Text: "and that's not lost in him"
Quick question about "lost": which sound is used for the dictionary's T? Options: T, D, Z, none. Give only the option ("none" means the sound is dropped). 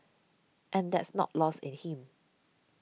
none